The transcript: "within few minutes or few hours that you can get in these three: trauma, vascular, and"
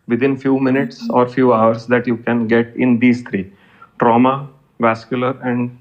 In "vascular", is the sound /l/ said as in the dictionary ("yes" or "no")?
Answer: yes